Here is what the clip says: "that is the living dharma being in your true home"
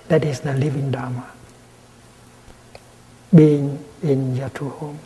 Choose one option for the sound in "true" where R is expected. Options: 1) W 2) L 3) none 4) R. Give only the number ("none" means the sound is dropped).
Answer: 3